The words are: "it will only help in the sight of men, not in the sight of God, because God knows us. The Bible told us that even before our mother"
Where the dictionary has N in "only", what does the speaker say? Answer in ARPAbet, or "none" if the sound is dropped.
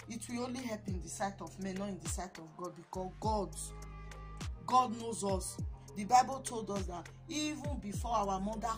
N